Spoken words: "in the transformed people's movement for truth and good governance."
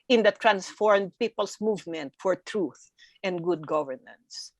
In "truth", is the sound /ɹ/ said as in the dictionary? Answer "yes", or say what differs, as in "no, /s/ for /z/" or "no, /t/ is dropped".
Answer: yes